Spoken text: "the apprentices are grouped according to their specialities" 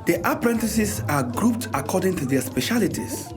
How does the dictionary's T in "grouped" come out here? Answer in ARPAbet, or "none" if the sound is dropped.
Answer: T